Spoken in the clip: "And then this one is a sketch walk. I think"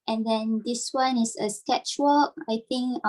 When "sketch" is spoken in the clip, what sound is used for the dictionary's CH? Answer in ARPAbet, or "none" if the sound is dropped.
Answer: CH